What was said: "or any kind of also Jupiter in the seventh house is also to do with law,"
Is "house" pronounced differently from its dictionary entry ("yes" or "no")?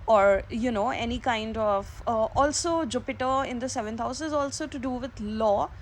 no